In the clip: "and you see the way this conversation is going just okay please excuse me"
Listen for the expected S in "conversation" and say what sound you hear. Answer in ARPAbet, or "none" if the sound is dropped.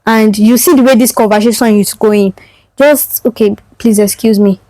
SH